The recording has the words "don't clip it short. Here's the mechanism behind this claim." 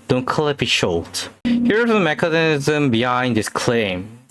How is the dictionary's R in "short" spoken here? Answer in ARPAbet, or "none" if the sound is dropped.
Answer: L